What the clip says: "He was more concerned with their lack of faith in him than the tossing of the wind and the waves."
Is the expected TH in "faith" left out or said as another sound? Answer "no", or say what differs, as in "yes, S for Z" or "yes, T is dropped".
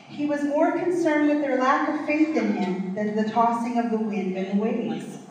no